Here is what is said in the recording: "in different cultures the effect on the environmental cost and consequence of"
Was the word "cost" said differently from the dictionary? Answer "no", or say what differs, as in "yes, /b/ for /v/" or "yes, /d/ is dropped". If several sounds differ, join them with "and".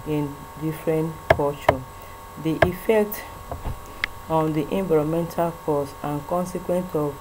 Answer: yes, /t/ is dropped